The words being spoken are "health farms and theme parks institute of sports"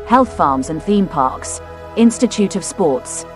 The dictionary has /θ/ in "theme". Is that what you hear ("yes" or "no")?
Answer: yes